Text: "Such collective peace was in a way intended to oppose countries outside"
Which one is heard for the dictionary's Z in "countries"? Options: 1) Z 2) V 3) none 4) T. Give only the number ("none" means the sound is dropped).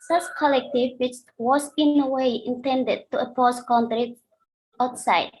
3